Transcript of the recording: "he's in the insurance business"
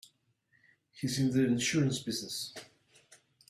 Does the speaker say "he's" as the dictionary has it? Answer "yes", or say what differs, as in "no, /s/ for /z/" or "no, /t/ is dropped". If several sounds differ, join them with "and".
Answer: no, /s/ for /z/